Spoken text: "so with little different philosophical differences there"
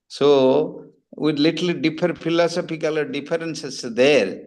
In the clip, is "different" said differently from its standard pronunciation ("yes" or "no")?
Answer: yes